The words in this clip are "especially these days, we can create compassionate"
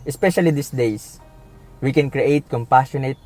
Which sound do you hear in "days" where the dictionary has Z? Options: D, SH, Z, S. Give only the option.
S